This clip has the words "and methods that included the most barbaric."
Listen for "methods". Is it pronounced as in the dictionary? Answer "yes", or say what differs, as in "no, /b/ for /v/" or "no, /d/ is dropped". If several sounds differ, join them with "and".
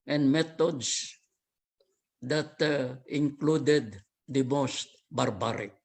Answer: no, /t/ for /θ/